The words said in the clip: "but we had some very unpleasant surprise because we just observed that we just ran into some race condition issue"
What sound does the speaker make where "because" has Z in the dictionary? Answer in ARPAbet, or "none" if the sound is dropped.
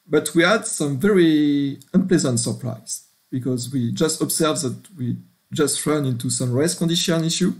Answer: Z